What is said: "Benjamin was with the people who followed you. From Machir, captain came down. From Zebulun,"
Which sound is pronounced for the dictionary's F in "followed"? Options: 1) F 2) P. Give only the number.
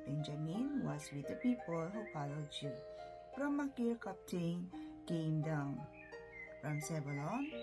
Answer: 2